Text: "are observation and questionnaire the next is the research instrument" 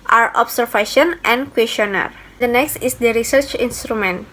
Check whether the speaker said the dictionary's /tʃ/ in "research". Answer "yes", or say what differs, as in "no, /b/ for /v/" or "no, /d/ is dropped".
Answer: yes